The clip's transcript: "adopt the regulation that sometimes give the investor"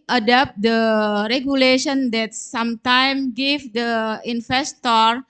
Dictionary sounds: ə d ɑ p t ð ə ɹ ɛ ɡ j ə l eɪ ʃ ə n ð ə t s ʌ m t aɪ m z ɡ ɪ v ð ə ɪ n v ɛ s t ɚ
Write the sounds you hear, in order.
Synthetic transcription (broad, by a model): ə d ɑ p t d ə ɹ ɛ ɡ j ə l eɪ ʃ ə n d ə t s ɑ m t aɪ m ɡ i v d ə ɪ n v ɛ s t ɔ